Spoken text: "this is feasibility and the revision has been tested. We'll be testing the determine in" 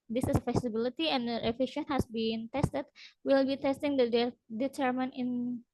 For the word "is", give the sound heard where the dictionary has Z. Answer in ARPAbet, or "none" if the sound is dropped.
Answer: S